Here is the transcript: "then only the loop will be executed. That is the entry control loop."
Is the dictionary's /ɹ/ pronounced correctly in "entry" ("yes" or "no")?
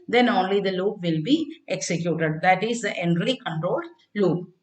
no